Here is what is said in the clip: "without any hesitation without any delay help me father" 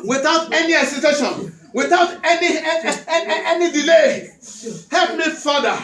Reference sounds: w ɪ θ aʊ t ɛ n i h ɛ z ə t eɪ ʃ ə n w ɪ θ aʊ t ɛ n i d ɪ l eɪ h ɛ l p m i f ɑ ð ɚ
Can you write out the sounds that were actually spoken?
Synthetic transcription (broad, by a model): w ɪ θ aʊ t ɛ n i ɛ s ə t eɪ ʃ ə n w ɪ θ aʊ t ɛ n i d ɪ l eɪ h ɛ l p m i f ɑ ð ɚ